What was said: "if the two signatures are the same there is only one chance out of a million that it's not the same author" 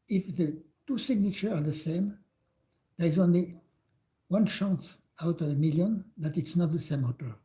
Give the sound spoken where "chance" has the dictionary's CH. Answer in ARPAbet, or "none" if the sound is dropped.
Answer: SH